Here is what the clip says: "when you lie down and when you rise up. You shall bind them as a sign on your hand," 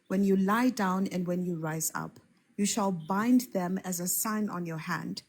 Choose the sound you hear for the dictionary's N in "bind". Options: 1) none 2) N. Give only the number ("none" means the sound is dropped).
2